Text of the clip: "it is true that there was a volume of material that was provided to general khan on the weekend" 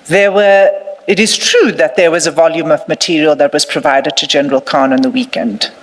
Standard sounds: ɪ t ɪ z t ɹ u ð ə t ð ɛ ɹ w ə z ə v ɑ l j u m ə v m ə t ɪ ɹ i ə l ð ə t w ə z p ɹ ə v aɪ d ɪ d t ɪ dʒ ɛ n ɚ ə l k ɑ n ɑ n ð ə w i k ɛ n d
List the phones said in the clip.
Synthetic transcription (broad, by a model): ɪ t ɪ z t ɹ u ð ə t ð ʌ ɹ w ə z ə v ɑ l j u m ə v m ə t ɪ ɹ i ə l ð ə t w ə z p ɹ ə v aɪ d ɪ d t ɪ dʒ ɛ n ɚ ə l k ɑ n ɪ n ð ə w i k ɛ n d